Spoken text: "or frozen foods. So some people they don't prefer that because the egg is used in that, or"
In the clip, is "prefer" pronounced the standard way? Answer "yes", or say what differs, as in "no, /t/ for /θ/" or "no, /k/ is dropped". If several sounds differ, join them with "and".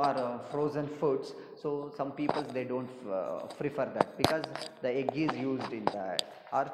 no, /f/ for /p/